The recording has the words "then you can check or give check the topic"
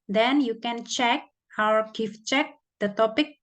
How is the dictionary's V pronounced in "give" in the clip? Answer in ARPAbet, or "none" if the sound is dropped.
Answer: F